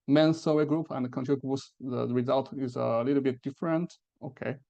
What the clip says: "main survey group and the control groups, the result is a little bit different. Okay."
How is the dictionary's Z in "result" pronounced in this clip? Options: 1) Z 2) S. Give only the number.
1